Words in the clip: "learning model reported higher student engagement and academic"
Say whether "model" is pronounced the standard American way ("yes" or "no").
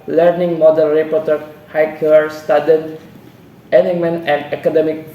no